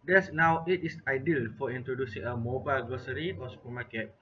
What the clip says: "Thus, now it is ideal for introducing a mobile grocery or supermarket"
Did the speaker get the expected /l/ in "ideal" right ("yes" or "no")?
yes